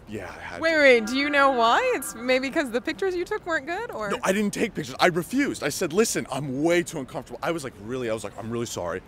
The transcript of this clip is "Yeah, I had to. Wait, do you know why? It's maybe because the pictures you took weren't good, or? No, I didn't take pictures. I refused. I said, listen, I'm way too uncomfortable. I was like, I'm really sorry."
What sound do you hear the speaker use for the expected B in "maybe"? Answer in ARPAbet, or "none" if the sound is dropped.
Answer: none